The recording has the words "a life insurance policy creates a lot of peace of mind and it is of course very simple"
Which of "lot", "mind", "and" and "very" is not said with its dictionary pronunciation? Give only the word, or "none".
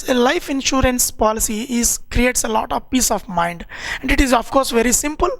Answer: none